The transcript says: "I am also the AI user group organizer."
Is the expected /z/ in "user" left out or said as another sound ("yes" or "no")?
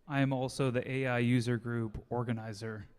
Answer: no